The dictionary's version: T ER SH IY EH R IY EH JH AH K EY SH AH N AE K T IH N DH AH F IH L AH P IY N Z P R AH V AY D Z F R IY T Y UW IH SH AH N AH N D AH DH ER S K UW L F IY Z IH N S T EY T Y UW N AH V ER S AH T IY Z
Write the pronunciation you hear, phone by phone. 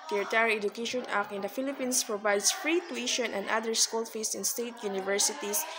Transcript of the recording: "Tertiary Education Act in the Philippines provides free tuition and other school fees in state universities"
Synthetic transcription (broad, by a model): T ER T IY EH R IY EH JH AH K EY SH AH N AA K IH N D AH F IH L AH P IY N S P R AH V AY D S F R IY T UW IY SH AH N AH N D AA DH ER S K UW L F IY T IH N S T EY T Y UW N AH V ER S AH T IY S